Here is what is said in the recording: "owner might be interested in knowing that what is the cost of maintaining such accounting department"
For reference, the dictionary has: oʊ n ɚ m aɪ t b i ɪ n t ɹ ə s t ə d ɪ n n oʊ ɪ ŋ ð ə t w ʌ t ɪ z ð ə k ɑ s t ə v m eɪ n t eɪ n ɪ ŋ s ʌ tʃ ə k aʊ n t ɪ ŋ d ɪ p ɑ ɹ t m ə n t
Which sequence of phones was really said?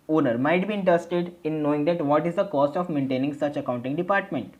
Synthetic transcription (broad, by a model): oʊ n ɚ m aɪ t b i ɪ n t ɹ ə s t ə d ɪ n n oʊ ɪ ŋ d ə t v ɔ t ɪ z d ə k ɑ s t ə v m eɪ n t eɪ n ɪ ŋ s ʌ tʃ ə k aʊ n t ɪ ŋ d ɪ p ɑ ɹ t m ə n t